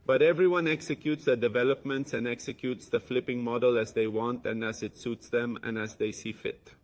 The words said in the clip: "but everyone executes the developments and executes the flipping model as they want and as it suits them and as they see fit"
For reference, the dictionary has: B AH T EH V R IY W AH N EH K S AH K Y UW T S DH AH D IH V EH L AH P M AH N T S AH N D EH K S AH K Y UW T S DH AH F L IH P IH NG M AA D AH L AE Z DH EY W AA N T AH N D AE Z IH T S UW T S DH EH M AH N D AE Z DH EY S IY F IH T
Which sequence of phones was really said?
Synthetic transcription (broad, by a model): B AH T EH V R IY W AH N EH K S AH K Y UW T S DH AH D IH V EH L AH P M AH N T S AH N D EH K S AH K Y UW T S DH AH F L IH P IH NG M AA D AH L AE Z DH EY W AA N T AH N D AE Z IH T S UW T S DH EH M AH N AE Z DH EY S IY F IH T